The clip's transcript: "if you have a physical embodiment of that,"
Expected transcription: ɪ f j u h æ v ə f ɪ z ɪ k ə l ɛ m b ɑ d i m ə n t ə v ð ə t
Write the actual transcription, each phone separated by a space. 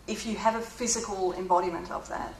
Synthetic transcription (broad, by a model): ɪ f j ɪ v ə f ɪ z ɪ k ə l ɛ m b ɑ d i m ə n t ə v ð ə t